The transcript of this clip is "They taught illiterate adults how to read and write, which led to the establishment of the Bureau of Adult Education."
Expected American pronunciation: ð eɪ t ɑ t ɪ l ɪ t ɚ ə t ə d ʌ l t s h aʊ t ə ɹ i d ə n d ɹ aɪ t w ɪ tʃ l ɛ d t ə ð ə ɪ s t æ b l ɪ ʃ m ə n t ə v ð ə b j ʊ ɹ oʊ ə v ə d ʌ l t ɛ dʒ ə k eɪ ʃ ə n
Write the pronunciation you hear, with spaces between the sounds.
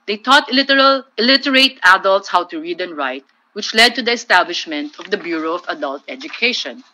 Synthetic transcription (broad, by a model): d eɪ t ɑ t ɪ l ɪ t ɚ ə t ə d ʌ l t s h aʊ t ə ɹ i d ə n ɹ aɪ t w ɪ tʃ l ɛ d t ə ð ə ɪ s t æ b l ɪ ʃ m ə n t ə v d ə b j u ɹ oʊ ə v ə d ʌ l t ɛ dʒ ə k eɪ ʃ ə n